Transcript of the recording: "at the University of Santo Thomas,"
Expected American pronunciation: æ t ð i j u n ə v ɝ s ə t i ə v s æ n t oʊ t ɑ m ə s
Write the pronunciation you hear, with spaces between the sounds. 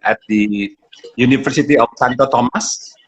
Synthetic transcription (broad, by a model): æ t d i j u n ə f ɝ s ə t i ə f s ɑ n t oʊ t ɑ m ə s